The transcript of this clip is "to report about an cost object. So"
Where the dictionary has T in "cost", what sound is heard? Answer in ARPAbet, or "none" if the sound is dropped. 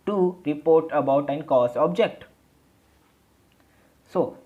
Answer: none